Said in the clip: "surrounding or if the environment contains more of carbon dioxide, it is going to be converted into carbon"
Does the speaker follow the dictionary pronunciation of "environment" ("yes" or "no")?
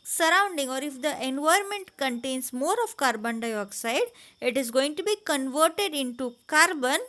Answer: no